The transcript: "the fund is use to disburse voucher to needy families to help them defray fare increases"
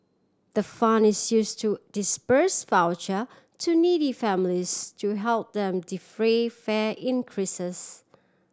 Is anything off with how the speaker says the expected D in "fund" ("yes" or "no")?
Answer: yes